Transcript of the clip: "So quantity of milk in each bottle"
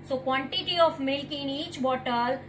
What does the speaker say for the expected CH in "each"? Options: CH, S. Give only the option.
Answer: CH